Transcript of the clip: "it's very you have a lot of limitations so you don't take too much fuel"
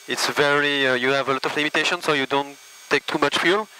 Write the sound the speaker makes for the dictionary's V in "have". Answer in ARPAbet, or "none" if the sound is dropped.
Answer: V